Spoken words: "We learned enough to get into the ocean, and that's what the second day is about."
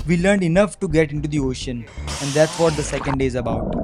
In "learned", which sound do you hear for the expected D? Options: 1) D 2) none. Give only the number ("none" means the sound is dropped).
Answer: 1